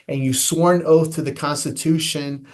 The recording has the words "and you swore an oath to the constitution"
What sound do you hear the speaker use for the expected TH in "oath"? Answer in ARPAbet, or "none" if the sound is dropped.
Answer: TH